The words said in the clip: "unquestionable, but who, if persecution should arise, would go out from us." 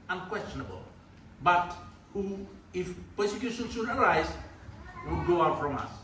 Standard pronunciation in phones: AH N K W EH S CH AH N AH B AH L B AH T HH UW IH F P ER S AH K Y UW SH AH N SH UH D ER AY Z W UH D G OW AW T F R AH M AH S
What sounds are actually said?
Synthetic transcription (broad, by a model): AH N K W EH S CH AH N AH B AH L B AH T HH UW IH F P ER S AH K Y UW SH AH N S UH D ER AY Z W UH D G OW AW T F R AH M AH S